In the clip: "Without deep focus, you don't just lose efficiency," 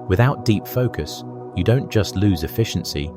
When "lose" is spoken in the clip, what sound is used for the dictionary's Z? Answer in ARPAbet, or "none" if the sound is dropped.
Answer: Z